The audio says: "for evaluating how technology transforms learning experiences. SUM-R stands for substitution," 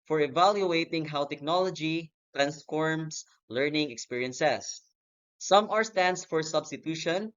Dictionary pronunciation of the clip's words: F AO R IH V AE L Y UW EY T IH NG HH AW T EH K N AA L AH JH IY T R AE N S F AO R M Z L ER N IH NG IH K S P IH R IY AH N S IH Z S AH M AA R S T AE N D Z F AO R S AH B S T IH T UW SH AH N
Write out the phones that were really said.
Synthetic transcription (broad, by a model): F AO R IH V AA L Y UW EY T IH NG HH AW T EH K N AA L AH JH IY T R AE N S F AO R M S L ER N IH NG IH K S P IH R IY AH N S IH S AH M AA R S T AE N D S F AO R S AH B S T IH T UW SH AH N